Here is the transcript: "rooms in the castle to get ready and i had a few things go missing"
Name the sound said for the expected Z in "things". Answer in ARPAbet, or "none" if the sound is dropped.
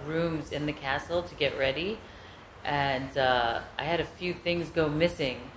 Z